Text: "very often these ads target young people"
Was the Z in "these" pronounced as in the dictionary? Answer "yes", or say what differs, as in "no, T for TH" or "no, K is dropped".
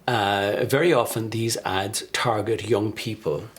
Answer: yes